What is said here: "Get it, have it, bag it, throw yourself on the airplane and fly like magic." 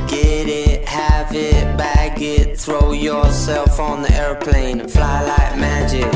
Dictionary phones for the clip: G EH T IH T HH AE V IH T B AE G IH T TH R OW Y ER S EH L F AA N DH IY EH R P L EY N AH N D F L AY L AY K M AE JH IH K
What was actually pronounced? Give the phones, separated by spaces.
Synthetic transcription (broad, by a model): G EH T IH T HH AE V IH T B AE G IH T TH R OW Y ER S EH L F N DH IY EH R P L EY AH N F L AY L AY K M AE JH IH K